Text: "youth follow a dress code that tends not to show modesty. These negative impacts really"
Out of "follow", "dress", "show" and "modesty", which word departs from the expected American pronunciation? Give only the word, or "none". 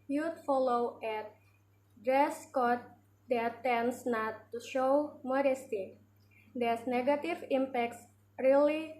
none